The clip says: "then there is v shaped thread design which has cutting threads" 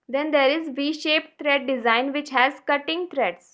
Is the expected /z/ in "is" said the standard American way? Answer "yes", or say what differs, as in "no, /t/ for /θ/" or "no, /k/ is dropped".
yes